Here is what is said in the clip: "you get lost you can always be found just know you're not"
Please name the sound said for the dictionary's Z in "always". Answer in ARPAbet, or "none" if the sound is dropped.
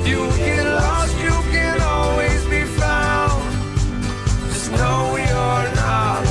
Z